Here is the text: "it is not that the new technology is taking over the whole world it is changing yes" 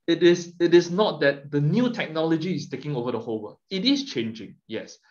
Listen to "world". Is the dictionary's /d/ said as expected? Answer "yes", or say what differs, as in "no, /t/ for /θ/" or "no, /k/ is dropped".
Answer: no, /d/ is dropped